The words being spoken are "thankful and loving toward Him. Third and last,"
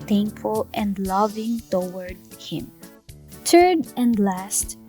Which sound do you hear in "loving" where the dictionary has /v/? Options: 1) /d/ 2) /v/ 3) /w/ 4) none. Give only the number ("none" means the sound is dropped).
2